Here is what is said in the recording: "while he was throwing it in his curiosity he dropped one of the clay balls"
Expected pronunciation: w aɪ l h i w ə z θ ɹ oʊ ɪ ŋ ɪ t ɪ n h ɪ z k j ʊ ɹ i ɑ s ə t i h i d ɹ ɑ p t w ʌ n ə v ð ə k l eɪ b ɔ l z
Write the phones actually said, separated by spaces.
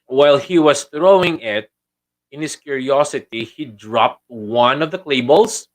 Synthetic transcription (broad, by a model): w aɪ l h i w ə s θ ɹ oʊ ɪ ŋ ɪ t ɪ n h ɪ s k j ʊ ɹ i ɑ s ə t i h i d ɹ ɑ p t w ʌ n ə v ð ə k l eɪ b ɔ l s